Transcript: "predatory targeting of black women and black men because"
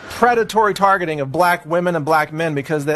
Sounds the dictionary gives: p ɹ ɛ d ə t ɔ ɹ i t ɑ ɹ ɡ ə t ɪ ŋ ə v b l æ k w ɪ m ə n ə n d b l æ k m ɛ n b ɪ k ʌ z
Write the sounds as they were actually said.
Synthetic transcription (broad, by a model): p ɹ ɛ d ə t ɔ ɹ i t ɑ ɹ ɡ ə t ɪ ŋ ə v b l æ k w ɪ m ə n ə n b l æ k m ɛ n b ɪ k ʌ z